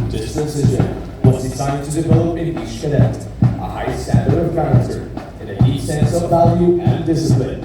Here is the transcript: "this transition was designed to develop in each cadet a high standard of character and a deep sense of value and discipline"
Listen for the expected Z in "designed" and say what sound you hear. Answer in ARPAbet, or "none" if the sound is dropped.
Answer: S